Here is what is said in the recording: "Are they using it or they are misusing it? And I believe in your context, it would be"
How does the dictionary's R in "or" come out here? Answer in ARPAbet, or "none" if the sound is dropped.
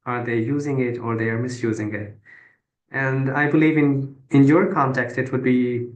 R